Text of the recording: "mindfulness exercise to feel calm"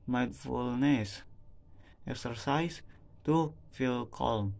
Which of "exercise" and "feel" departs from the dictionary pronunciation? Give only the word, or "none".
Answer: exercise